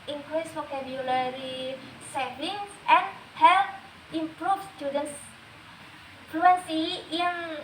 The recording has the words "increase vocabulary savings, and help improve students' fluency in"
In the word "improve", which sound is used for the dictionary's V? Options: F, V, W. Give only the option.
F